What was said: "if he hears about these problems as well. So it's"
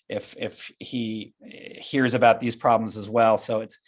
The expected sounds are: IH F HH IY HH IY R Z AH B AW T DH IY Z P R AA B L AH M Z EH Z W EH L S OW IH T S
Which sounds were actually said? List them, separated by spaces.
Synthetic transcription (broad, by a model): IH F HH IY HH IY R Z AH B AW T DH IY Z P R AA B L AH M Z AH Z W EH L S OW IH T S